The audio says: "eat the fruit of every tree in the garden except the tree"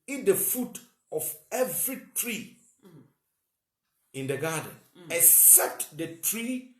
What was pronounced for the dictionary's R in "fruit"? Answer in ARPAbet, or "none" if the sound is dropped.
none